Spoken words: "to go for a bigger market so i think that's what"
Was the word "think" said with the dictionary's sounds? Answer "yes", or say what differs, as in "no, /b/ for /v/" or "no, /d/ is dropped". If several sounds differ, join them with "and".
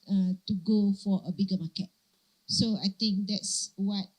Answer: no, /t/ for /θ/